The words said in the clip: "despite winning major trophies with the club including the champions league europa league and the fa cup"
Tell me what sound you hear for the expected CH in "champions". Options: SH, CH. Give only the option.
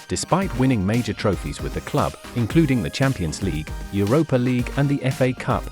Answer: CH